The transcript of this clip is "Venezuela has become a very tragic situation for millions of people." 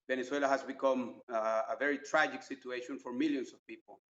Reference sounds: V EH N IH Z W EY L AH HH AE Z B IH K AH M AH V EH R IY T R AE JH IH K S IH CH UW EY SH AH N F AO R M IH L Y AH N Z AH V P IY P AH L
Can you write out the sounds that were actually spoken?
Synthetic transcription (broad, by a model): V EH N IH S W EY L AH HH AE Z B IH K AH M AH V EH R IY T R AE JH IH K S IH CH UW EY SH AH N F AO R M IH L Y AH N S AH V P IY P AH L